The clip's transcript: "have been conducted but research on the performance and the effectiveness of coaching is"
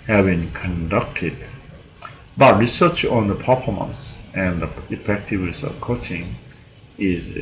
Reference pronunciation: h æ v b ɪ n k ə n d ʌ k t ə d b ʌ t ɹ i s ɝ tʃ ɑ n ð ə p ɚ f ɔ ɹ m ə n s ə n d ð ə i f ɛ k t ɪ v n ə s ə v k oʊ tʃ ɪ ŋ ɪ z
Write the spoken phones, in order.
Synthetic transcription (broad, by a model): h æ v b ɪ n k ə n d ʌ k t ə d b ʌ t ɹ i s ɝ tʃ ɑ n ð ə p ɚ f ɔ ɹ m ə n s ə n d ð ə i f ɛ k t ɪ v n ə s ə v k oʊ tʃ ɪ ŋ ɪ z